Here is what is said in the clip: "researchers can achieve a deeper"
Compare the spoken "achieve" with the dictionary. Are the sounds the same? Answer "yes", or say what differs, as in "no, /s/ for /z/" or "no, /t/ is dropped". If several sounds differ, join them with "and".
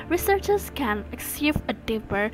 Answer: no, /s/ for /tʃ/